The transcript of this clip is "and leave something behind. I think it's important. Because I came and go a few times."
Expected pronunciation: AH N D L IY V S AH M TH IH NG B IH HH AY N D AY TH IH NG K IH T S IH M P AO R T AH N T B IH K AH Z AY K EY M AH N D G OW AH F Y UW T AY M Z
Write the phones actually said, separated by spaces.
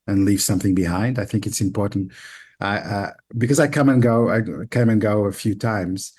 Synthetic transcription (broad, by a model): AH N L IY V S AH M TH IH NG B IH HH AY N D AY TH IH NG K IH T S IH M P AO R T N T B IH K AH Z AY K EY M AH N G OW AH F Y UW T AY M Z